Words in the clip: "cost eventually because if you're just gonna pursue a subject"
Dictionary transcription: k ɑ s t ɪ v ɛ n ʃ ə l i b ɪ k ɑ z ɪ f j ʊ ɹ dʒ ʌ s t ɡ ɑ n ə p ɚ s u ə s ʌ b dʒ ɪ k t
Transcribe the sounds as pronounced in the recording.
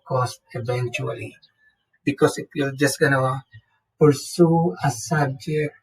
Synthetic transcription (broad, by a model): k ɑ s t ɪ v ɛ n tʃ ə l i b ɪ k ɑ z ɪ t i l dʒ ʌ s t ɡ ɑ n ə p ɚ s u ə s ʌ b dʒ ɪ k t